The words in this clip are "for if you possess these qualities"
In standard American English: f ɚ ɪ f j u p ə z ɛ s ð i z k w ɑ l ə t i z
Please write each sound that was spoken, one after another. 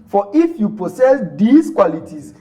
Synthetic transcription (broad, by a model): f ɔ ɪ f j u p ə s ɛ s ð i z k w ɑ l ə t i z